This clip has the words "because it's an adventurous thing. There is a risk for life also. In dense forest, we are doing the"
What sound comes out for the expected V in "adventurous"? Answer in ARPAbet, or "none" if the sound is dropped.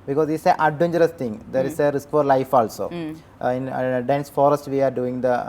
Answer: none